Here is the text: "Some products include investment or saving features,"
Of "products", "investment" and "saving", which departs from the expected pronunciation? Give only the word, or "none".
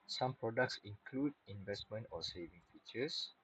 none